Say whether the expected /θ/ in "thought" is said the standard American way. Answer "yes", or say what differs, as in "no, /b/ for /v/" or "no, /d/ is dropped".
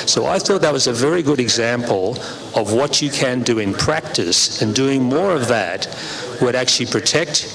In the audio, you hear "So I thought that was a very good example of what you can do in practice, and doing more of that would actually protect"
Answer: yes